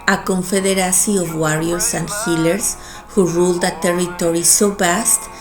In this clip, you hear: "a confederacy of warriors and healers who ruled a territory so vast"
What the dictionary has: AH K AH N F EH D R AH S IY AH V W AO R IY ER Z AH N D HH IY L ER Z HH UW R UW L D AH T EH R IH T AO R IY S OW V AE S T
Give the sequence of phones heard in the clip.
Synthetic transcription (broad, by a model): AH K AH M F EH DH R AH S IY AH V W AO R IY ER S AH N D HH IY L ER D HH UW R UW L D AH T EH R IH T AO R IY S OW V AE S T